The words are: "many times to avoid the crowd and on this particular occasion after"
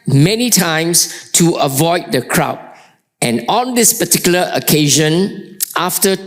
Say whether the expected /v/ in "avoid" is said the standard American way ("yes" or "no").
yes